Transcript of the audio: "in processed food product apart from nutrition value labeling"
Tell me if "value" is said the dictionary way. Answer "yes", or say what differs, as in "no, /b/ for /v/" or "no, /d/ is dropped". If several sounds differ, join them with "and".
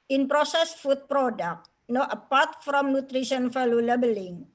no, /f/ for /v/